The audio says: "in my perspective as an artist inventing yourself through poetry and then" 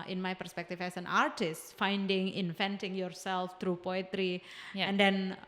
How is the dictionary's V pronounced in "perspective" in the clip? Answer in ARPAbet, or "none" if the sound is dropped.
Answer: F